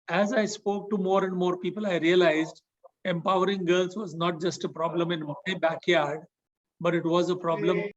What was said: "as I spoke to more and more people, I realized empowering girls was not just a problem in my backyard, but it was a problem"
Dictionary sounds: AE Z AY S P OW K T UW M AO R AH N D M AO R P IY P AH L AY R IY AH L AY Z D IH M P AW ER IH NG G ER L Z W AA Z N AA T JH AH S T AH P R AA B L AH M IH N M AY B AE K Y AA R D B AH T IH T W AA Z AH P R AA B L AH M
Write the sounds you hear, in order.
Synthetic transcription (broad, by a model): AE Z AY S P OW K T UW M AO R AH N D M AO R P IY P AH L AY R IY AH L AY Z D IH M P AW ER IH NG G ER L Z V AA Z N AA T JH AH S T AH P R AA B L AH M IH N M AY B AE K Y AA R D B AH T IH T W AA Z AH P R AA B L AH M